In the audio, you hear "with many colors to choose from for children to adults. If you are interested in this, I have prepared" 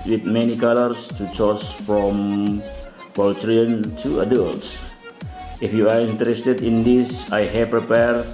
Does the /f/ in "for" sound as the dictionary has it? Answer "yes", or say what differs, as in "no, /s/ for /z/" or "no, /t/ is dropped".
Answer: no, /p/ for /f/